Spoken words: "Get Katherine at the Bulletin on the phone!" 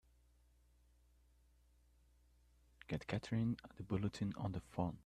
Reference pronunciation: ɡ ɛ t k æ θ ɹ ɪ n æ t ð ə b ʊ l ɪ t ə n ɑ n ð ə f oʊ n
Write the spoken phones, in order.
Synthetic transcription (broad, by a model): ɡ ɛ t k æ t ɹ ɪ n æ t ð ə b ʊ l ɪ t ə n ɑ n ð ə f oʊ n